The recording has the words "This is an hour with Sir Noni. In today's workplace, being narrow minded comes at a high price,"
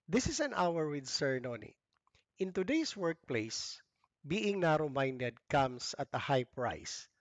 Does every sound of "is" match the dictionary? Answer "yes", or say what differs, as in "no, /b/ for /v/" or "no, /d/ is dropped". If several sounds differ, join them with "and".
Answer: no, /s/ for /z/